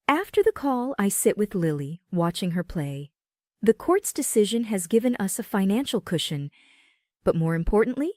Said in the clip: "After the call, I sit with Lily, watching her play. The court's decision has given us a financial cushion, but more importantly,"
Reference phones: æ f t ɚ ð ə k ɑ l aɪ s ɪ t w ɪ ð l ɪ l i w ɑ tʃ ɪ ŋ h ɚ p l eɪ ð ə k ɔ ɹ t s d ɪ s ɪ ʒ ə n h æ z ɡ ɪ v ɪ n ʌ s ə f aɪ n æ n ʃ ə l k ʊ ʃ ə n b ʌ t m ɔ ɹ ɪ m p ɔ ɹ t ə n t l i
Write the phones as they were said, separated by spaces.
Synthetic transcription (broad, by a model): æ f t ɚ ð ə k ɑ l aɪ s ɪ t w ɪ ð l ɪ l i w ɑ tʃ ɪ ŋ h ɚ p l eɪ ð ə k ɔ ɹ t s d ɪ s ɪ ʒ ə n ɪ z ɡ ɪ v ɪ n ʌ s ə f aɪ n æ n ʃ l k ʊ ʃ ə n b ʌ t m ɔ ɹ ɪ m p ɔ ɹ t n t l i